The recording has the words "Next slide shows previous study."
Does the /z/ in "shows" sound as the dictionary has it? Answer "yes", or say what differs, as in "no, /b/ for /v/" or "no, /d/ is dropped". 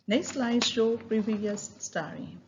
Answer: no, /z/ is dropped